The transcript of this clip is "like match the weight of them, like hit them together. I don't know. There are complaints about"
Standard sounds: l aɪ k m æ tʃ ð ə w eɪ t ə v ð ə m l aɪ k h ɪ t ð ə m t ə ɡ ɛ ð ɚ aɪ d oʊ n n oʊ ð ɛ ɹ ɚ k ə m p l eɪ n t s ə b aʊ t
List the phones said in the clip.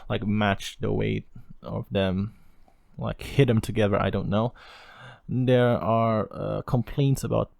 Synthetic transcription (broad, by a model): l aɪ k m æ tʃ ð ə w eɪ t ə v ð ə m l aɪ k h ɪ t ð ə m t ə ɡ ɛ ð ɚ aɪ d oʊ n n oʊ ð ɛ ɹ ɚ k ə m p l eɪ n t s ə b aʊ t